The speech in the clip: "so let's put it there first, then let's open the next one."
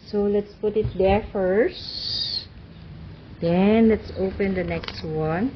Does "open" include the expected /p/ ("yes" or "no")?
yes